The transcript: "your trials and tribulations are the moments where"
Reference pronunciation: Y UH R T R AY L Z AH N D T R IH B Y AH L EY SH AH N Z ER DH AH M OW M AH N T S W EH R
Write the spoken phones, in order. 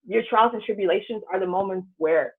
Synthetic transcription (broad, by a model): Y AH R T R AY L Z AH N T R IH B Y AH L EY SH AH N Z ER DH AH M OW M AH N T S W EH R